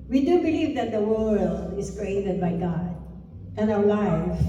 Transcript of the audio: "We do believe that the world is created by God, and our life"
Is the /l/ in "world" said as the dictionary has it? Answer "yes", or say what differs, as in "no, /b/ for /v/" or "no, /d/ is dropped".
yes